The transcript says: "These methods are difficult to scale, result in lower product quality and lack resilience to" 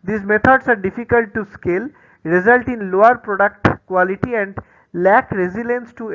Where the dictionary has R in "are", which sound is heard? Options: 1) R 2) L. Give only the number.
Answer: 1